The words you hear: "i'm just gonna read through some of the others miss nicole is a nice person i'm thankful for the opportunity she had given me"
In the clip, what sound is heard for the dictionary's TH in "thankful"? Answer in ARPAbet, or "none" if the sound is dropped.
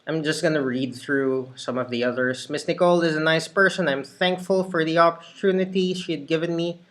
TH